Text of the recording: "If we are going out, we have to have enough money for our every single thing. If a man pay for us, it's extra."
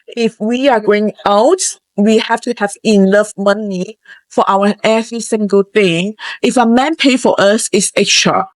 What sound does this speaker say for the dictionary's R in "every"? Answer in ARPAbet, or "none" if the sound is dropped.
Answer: none